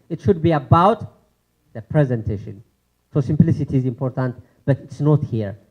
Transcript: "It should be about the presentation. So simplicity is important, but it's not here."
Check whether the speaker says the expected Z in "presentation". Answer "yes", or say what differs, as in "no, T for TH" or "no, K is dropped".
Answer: yes